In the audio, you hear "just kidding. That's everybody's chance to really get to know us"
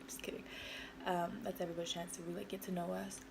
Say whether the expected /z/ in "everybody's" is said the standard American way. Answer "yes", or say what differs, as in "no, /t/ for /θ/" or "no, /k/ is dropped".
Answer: no, /z/ is dropped